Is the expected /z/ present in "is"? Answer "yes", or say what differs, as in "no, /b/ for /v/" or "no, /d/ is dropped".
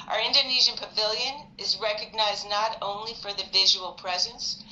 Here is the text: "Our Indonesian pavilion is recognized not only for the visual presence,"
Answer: yes